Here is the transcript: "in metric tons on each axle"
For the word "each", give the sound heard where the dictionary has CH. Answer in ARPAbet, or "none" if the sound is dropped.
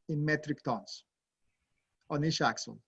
SH